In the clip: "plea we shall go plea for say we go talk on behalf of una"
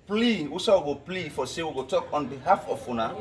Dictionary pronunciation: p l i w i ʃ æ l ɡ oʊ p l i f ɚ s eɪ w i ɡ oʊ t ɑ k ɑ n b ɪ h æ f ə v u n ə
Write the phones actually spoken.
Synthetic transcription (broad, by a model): p l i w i s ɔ w ɡ oʊ p l i f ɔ s eɪ w i ɡ oʊ t ɑ k ɑ n b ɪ h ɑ f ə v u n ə